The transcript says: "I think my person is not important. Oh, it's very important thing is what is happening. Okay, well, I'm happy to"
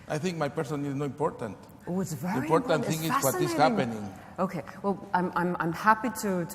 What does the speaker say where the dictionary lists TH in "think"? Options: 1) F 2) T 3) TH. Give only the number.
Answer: 3